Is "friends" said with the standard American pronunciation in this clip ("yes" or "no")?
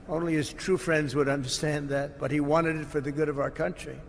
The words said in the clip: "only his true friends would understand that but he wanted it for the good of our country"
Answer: yes